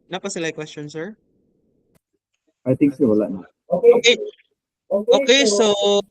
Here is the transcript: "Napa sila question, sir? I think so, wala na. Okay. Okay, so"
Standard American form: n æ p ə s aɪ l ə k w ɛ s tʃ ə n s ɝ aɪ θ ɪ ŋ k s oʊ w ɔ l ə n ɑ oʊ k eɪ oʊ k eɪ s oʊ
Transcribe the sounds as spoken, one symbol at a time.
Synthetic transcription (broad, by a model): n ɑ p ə s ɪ l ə k w ɛ s tʃ ə n s ɝ aɪ t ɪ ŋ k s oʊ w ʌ l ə n ɑ oʊ k eɪ oʊ k eɪ s oʊ